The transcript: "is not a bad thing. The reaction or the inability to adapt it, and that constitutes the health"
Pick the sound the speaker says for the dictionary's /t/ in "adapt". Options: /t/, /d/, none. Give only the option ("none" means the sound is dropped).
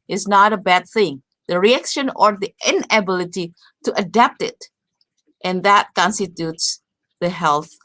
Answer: /t/